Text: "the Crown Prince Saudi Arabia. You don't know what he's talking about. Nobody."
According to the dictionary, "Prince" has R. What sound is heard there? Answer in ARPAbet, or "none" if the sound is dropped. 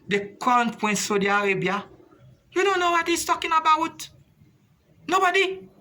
W